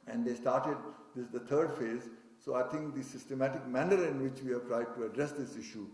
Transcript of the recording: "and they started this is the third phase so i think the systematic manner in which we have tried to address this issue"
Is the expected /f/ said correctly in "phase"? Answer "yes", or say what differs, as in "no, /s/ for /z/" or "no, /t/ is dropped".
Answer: yes